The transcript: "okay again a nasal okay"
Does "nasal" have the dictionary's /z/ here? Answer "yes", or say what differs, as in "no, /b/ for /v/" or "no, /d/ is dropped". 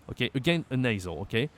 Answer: yes